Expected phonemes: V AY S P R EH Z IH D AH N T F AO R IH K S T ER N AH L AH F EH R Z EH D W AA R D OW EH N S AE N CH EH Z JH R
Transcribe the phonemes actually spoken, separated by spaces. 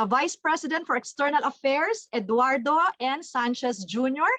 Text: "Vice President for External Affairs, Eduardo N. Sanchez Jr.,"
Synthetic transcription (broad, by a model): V AY S P R EH S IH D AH N T F AO R IH K S T ER N AH L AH F EH R S EH D W AA R D OW EH N S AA N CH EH S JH R